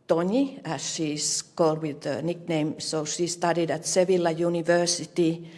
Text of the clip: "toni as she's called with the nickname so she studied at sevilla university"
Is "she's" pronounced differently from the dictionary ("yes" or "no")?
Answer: yes